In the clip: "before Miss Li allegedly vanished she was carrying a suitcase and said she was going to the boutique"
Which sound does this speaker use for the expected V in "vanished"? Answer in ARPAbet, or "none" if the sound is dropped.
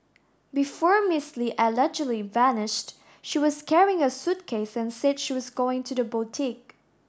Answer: V